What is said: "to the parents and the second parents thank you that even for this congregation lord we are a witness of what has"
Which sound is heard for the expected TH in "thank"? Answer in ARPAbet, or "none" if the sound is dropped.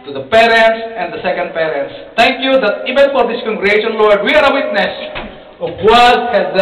T